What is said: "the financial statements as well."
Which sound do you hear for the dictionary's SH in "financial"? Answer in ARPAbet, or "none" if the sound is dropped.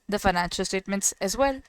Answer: SH